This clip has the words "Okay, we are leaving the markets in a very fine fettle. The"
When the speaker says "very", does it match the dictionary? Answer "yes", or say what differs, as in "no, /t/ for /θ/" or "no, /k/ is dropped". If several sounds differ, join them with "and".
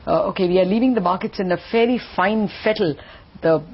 no, /f/ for /v/